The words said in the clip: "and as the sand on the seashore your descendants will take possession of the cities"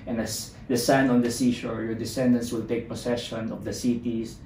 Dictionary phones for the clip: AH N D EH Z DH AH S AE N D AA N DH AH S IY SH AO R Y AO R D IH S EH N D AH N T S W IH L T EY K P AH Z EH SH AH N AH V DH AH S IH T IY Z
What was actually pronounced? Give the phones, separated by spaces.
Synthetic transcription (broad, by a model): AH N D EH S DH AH S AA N AA N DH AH S IY SH AO R Y AO R D IH S EH N D AH N T S W IH L T EY K P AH S EH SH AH N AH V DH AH S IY T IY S